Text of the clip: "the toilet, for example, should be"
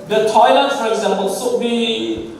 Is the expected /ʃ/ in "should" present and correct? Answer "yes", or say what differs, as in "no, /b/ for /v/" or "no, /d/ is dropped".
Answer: no, /s/ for /ʃ/